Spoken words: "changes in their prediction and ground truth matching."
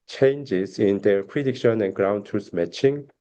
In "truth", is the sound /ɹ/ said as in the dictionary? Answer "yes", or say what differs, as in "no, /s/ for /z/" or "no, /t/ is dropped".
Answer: no, /ɹ/ is dropped